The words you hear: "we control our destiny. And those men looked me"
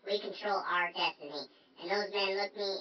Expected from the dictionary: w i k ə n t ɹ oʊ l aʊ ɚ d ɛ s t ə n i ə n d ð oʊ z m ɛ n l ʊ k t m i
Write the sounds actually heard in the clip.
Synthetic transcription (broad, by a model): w i k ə n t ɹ oʊ l aʊ ɚ d ɛ s t ə n i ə n ð oʊ z m ɛ n l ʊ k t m i